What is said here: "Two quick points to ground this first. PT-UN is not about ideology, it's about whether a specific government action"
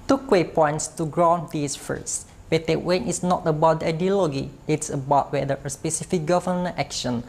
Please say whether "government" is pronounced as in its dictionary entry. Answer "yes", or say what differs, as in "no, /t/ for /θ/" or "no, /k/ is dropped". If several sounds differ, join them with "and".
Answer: no, /n/ is dropped